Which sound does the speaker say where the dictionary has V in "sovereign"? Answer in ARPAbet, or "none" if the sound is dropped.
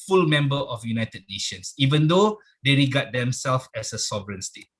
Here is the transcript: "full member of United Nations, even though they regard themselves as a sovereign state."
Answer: V